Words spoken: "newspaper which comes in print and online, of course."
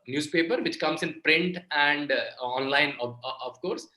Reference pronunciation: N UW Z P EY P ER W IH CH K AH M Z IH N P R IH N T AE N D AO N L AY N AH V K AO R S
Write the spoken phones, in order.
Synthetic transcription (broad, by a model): N UW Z P EY P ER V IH CH K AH M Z IH N P R IH N T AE N D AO N L AY N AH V K AO R S